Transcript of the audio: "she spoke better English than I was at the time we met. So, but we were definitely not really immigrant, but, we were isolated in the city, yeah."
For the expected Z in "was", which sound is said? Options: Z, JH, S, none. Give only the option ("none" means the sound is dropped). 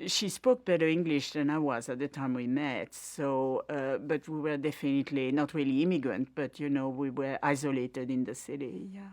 Z